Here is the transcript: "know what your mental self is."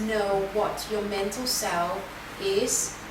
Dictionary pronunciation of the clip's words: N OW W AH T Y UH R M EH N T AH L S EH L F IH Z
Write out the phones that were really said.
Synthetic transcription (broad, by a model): N OW W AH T Y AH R M EH N T AH L S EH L IH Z